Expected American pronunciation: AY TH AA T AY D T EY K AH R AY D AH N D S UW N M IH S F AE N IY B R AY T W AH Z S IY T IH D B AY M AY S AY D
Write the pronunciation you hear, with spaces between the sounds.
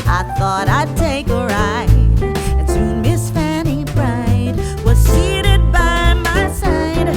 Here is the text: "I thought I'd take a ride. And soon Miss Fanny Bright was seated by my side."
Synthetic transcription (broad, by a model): AY TH AA T AY D T EY K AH R AY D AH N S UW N M IH S F AE N IY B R AY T W AH Z S IY T IH D B AY M AY S AY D